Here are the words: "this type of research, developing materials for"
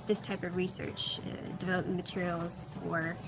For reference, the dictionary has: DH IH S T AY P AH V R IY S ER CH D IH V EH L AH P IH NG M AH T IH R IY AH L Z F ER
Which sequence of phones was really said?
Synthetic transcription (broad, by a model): DH IH S T AY P AH V R IY S ER CH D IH V EH L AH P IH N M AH T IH R IY L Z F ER